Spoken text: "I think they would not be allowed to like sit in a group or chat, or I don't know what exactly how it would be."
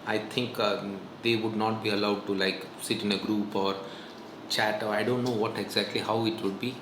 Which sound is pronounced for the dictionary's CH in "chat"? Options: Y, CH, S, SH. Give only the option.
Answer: CH